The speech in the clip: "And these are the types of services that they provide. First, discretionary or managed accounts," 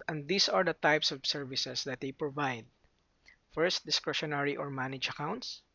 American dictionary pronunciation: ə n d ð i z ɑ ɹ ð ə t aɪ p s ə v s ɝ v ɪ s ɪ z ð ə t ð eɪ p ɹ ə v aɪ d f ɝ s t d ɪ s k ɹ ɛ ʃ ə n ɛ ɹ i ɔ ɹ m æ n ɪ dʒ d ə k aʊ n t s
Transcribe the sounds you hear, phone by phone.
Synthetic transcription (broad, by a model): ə n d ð i s ɑ ɹ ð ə t aɪ p s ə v s ɝ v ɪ s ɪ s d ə t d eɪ p ɹ ə v aɪ d f ɝ s t d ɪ s k ɹ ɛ ʃ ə n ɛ ɹ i ɔ ɹ m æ n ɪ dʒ ə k aʊ n t s